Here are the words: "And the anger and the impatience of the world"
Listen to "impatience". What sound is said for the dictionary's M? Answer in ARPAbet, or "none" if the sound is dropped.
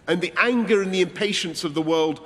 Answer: M